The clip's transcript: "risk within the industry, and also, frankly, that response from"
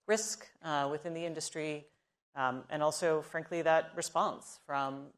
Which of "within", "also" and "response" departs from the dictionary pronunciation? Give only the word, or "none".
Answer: none